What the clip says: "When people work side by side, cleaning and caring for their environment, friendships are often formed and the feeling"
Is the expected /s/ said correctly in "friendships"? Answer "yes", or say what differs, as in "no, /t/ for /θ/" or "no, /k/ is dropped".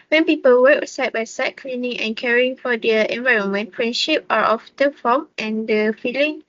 no, /s/ is dropped